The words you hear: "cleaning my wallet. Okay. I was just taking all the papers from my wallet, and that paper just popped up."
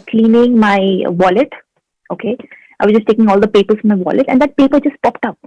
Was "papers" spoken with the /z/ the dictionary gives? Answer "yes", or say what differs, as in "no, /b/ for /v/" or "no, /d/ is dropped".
no, /s/ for /z/